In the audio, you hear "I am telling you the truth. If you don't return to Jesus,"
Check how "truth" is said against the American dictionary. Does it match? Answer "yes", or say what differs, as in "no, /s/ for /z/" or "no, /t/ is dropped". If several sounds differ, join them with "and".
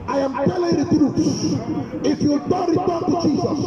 no, /s/ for /θ/